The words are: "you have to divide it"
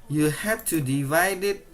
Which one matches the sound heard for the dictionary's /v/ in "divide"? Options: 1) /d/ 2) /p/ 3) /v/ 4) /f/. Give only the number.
3